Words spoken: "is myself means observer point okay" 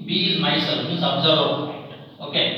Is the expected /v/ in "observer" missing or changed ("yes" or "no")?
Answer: yes